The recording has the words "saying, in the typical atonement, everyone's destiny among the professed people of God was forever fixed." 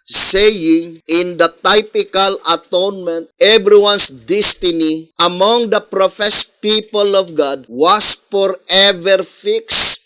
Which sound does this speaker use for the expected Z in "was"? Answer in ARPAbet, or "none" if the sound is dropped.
S